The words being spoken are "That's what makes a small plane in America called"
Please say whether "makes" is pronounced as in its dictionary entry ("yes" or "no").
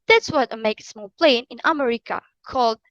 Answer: no